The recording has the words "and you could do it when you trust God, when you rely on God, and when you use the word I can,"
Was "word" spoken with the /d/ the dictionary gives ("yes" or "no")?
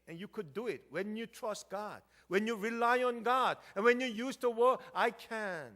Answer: no